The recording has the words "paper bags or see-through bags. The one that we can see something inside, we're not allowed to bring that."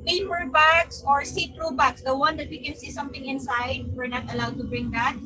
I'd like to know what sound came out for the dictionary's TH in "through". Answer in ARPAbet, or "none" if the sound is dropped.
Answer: T